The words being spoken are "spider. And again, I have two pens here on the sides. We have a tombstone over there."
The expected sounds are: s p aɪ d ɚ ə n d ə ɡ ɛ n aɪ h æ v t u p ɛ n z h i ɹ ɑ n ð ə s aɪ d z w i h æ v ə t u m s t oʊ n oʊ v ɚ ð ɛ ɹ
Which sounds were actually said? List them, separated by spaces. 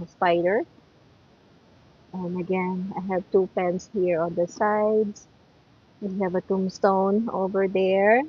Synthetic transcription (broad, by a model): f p aɪ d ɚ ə n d ə ɡ ɛ n aɪ h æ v t u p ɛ n s h i ɹ ɑ n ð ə s aɪ d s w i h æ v ə t u m s t oʊ n oʊ v ɚ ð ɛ ɹ